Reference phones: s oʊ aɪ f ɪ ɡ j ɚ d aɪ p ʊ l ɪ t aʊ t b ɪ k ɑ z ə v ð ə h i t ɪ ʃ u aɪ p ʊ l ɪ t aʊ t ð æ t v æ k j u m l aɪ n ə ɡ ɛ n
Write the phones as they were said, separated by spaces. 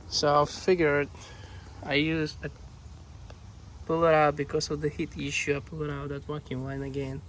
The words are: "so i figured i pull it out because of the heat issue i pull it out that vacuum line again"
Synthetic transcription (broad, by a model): s oʊ aɪ f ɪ ɡ j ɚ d aɪ p ʊ l ɪ t aʊ t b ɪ k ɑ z ə v ð ə h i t ɪ ʃ u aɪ p ʊ l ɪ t aʊ t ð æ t w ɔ k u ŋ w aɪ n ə ɡ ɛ n